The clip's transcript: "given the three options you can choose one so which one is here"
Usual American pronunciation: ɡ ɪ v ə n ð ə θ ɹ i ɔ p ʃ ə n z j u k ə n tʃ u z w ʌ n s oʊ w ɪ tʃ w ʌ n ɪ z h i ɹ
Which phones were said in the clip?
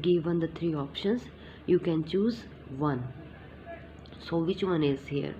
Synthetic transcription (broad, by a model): ɡ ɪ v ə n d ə t ɹ i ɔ p ʃ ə n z j u k ə n tʃ u z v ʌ n s oʊ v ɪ tʃ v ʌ n ɪ z h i ɹ